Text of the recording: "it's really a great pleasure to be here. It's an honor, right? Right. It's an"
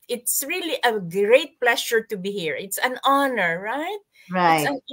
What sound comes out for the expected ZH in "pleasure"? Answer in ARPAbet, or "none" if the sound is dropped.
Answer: SH